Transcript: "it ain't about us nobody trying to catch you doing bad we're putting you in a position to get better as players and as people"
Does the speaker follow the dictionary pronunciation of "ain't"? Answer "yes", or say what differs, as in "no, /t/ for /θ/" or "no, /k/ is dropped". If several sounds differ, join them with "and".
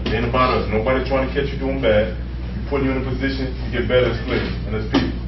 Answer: no, /t/ is dropped